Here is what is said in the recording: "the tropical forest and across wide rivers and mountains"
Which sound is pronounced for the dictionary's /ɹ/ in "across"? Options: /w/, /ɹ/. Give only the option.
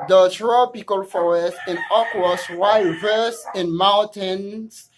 /w/